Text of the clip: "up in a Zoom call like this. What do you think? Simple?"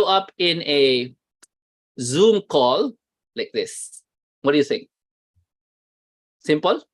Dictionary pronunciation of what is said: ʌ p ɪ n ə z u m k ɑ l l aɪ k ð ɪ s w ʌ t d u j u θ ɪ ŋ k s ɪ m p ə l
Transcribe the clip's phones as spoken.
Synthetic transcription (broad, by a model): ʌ p ɪ n ə z u m k ɑ l l aɪ k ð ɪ s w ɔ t d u j u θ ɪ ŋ s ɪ m p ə l